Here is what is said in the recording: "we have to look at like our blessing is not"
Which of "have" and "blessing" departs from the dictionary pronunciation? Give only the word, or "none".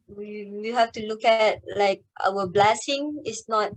have